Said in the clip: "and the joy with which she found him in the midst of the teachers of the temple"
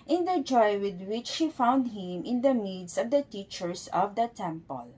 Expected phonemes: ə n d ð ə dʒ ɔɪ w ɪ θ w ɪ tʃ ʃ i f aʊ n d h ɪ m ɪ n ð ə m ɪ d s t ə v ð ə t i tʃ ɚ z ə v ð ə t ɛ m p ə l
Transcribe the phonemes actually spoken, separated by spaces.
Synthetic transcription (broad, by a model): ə n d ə dʒ ɔɪ w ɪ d w ɪ tʃ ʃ i f aʊ n d h ɪ m ɪ n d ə m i d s ə v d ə t i tʃ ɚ s ə v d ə t ɛ m p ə l